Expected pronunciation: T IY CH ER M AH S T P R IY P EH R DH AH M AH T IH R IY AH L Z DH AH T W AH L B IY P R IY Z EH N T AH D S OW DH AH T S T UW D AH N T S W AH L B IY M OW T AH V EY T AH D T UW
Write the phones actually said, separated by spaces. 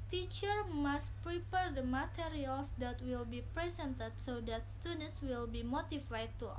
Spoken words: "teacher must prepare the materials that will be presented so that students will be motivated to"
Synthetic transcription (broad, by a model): T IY CH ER M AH S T P R IY P EH R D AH M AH T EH R IY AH L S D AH T W AH L B IY P R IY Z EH N T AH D S OW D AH T S T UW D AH N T S W AH L B IY M OW T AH F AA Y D T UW